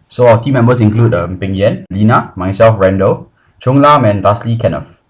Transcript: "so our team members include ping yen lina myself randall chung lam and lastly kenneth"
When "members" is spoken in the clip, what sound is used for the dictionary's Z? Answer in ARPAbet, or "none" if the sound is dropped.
S